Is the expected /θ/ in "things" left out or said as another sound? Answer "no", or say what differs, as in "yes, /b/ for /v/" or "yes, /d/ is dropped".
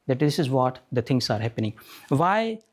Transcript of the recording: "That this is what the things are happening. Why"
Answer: yes, /t/ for /θ/